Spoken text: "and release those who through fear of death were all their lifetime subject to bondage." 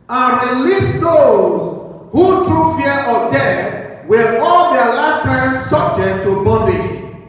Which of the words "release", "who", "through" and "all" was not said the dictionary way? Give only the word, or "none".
through